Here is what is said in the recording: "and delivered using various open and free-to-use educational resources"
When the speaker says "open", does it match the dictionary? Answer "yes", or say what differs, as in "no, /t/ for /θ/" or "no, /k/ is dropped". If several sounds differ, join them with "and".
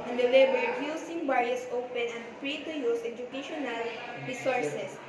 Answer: yes